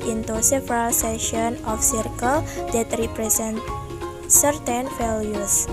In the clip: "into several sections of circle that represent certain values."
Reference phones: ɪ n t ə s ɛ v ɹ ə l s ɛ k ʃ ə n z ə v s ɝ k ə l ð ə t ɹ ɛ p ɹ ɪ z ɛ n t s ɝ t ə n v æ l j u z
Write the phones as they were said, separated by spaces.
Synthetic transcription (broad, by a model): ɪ n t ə s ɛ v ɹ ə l s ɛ ʃ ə n ə f s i k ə l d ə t ɹ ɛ p ɹ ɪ s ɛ n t s ɝ t ə n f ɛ l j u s